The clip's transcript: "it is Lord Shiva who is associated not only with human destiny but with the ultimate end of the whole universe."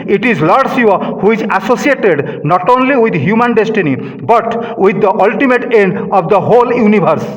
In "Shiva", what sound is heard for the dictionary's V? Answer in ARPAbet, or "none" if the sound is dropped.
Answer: none